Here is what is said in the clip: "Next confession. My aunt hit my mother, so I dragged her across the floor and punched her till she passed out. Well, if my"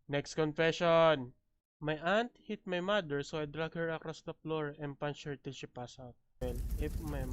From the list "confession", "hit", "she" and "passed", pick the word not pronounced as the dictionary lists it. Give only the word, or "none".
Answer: passed